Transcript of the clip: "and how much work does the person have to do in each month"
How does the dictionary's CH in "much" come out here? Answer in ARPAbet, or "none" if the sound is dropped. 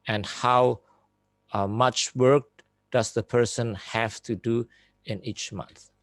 CH